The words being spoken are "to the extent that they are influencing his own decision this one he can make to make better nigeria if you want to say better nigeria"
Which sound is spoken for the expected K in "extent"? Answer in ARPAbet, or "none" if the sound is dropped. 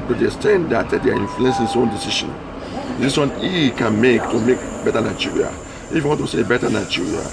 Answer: none